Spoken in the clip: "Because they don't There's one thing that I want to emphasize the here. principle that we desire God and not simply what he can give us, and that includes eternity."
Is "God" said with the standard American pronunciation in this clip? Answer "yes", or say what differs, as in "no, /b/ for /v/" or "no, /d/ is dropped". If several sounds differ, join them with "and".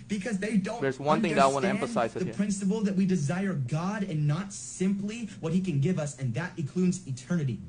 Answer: yes